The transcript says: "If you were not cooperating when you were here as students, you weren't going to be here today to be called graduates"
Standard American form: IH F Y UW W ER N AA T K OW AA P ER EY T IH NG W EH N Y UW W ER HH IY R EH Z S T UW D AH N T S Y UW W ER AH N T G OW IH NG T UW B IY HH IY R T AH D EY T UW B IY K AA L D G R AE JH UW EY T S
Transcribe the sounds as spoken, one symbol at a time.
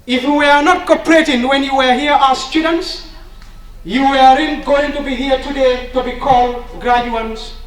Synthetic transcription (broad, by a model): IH F Y UW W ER N AA T K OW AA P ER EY T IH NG W EH N Y UW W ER HH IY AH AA S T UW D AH N T S Y UW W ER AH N G OW IH NG T UW B IY HH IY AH T AH D EY T UW B IY K AA L D G R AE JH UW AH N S